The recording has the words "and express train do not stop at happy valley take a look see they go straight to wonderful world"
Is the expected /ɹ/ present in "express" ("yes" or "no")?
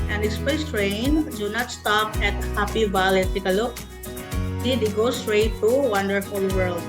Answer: no